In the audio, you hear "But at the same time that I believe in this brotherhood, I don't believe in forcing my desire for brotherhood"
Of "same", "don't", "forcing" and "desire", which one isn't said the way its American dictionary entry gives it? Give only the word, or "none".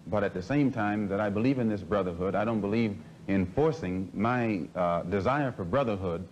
none